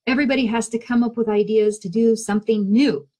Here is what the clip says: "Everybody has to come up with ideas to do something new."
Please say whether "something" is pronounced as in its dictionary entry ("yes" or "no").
yes